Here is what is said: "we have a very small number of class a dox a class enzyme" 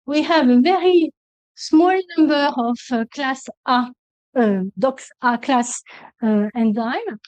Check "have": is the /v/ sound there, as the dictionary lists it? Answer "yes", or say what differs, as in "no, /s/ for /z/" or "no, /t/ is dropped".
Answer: yes